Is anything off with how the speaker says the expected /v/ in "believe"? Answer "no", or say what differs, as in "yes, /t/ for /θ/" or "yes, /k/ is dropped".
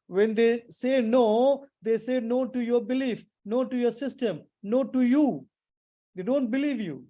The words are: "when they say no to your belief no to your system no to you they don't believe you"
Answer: no